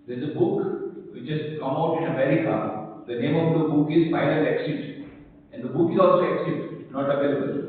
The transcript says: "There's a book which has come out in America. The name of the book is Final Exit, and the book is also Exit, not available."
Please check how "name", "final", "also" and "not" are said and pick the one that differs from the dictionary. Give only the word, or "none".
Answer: final